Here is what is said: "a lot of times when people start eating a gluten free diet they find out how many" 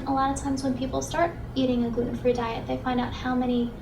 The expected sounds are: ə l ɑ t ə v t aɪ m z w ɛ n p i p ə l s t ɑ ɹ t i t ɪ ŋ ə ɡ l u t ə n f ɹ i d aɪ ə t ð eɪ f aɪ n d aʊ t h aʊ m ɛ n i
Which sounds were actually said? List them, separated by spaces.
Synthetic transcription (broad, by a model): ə l ɑ t ə v t aɪ m z w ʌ n p i p l s t ɑ ɹ t i t ɪ ŋ ə ɡ u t n f ɹ i d aɪ ə t ð eɪ f aɪ n d aʊ t h aʊ m ɛ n i